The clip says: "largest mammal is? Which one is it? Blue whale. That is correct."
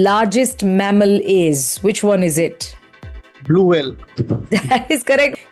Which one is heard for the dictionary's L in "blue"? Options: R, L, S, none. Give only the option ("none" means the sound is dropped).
L